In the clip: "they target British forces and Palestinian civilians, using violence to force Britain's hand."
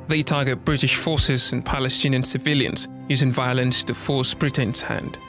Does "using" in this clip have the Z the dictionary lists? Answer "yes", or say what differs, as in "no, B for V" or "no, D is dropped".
yes